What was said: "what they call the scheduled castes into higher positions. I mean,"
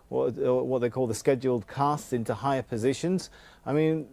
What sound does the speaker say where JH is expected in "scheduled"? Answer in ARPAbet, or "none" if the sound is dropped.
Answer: JH